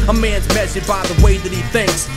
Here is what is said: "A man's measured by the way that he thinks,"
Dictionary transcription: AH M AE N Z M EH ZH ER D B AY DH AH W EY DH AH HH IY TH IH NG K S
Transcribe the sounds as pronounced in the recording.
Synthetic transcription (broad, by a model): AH M AE N Z M EH S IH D B AY DH AH W EY DH AH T IY TH IH NG K S